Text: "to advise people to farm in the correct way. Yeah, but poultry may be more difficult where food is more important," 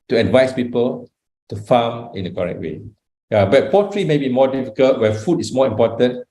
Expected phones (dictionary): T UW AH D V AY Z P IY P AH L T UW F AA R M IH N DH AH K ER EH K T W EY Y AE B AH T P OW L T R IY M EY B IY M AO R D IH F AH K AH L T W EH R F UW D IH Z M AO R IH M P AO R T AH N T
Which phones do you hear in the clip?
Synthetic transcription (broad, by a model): T UW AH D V AY S P IY P AH L T UW F AA M IH N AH K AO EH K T W EY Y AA B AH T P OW T R IY M EY B IY M AO D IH F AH K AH L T W EH F UW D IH S M AO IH M P AO T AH N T